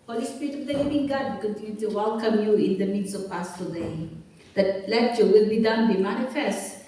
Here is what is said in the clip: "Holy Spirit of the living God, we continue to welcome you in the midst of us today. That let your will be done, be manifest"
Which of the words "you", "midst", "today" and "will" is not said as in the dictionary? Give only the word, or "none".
midst